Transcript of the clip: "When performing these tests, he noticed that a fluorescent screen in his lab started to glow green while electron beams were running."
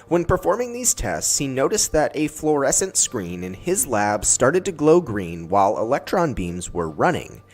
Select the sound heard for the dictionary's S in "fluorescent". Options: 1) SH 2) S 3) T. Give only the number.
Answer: 2